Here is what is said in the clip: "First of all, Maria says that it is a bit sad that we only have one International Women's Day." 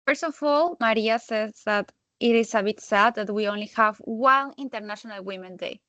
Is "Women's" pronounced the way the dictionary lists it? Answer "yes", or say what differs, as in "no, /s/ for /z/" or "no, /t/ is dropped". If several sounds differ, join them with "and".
no, /z/ is dropped